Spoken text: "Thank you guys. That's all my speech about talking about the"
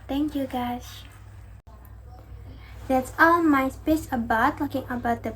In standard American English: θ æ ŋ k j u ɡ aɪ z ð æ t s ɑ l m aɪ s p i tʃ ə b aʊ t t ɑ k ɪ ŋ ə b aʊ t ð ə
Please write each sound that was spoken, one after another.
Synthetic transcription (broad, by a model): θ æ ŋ k j u ɡ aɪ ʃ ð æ t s ɑ l m aɪ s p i s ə b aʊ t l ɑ k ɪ ŋ ə b aʊ t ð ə